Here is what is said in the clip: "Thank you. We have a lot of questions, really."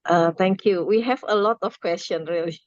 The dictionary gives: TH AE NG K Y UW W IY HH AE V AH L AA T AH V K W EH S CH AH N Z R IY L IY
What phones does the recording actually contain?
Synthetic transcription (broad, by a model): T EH NG K Y UW W IY HH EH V AH L AA T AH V K W EH S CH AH N R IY L IY